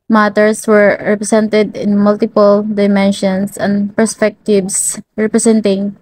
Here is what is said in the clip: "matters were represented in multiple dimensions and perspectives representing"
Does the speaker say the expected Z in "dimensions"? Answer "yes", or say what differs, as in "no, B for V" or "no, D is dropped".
no, S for Z